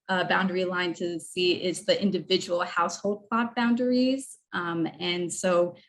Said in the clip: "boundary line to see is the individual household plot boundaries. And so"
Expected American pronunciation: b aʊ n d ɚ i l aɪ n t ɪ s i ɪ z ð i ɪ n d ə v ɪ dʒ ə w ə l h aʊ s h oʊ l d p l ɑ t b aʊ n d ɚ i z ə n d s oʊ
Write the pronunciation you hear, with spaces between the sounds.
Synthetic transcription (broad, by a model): b aʊ n d ɚ i l aɪ n t ɪ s i ɪ z ð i ɪ n d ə v ɪ dʒ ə w l h aʊ s h oʊ l d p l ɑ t b aʊ n d ɚ i z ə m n s oʊ